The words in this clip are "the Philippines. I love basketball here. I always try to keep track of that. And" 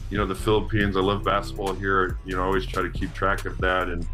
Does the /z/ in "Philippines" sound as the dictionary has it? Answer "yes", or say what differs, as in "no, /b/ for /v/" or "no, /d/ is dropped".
yes